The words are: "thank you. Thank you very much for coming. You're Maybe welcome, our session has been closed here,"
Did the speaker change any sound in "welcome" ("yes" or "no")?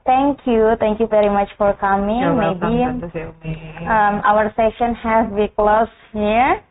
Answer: yes